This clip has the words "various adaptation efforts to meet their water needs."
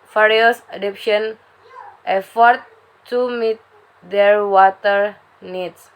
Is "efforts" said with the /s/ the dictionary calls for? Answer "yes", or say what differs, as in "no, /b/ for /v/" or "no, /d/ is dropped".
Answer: no, /s/ is dropped